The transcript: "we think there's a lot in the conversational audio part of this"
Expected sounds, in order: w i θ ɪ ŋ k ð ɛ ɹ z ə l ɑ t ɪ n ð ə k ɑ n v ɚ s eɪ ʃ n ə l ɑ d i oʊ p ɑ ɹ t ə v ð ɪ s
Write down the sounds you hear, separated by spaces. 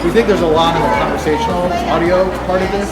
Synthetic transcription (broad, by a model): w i θ ɪ ŋ k ð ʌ ɹ z ə l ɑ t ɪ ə k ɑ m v ɚ s eɪ ʃ n l ɑ d i oʊ p ɑ ɹ t ə v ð ɪ s